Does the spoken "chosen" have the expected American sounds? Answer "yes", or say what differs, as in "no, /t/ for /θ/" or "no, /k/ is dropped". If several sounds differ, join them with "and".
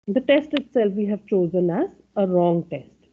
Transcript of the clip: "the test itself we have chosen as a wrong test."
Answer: yes